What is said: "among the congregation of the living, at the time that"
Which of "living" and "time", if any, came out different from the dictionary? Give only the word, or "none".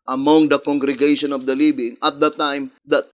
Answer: living